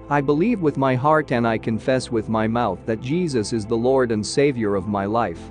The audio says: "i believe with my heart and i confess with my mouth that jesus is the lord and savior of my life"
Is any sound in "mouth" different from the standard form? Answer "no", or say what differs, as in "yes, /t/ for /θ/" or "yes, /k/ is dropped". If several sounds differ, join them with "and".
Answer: no